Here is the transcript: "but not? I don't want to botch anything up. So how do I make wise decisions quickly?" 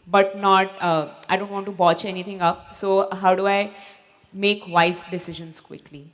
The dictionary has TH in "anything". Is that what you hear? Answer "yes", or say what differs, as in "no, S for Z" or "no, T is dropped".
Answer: no, T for TH